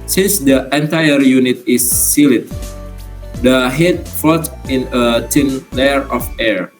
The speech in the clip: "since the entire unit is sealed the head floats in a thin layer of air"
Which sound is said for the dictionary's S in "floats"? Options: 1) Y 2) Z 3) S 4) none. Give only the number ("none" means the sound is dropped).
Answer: 4